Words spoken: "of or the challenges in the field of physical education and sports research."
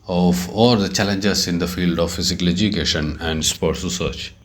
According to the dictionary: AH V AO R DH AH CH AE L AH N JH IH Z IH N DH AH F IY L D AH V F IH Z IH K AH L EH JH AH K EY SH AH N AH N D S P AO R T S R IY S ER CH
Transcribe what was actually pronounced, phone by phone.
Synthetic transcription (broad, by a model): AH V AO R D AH CH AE L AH N JH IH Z IH N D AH F IY L D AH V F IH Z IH K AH L EH JH AH K EY SH AH N AH N D S P AO R T S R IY S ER CH